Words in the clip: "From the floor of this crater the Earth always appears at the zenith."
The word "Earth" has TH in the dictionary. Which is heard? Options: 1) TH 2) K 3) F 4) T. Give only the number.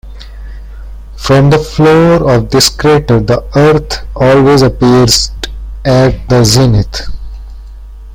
4